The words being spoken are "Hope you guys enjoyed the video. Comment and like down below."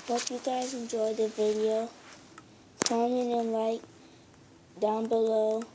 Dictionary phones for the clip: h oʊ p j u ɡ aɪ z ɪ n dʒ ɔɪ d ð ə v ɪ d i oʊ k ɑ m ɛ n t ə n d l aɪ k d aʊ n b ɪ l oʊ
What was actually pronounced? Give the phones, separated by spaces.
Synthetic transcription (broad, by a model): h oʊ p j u ɡ aɪ z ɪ n dʒ ɔɪ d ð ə v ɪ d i oʊ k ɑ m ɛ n ə n l aɪ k d aʊ n b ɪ l oʊ